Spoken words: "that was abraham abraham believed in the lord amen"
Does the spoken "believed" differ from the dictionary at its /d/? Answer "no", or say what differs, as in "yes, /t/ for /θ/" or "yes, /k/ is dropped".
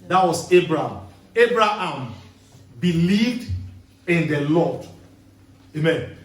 no